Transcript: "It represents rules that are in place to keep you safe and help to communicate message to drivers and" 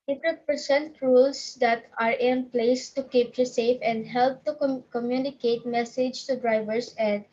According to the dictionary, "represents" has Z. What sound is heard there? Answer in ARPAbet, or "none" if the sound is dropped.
S